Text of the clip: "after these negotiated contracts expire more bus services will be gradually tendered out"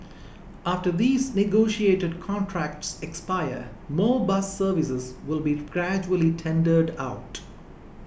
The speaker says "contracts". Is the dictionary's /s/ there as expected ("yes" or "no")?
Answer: yes